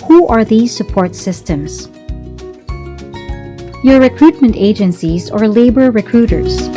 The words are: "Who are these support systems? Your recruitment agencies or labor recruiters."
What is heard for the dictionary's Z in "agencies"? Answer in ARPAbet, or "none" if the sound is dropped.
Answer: Z